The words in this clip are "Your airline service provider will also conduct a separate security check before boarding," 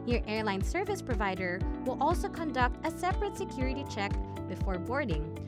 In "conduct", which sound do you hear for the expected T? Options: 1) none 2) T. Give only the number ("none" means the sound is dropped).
2